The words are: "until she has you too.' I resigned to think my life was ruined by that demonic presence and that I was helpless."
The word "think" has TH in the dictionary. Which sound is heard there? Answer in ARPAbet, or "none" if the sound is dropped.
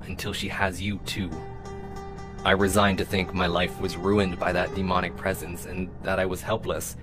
TH